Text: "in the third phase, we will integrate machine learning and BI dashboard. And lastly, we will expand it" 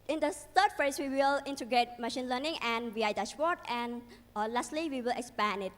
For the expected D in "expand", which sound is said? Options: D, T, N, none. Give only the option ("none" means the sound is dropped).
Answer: none